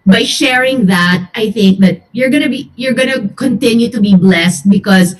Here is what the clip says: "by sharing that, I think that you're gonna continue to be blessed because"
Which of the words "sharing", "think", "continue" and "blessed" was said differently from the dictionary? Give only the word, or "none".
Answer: none